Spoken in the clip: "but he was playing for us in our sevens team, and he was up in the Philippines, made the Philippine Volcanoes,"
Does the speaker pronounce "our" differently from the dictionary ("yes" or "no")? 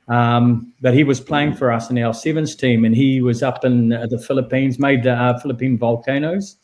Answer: yes